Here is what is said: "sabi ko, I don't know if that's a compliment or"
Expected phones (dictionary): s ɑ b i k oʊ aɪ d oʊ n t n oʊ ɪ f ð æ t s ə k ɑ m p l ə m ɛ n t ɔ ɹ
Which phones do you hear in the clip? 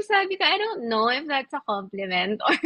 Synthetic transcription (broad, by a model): s ɑ b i k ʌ aɪ d oʊ n t n oʊ ɪ f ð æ t s ə k ɑ m p l ə m ɛ n t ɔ ɹ